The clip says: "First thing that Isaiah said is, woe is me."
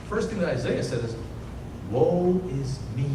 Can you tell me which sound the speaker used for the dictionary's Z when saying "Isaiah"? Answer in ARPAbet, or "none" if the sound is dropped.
Z